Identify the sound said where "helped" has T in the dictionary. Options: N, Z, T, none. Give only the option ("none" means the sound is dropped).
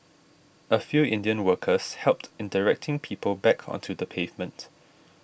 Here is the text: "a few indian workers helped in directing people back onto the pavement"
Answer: T